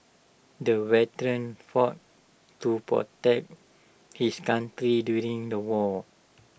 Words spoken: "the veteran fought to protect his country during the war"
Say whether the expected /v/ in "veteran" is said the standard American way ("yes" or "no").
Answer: no